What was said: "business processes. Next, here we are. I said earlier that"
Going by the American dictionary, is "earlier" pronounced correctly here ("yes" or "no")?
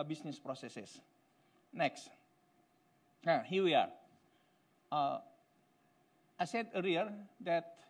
no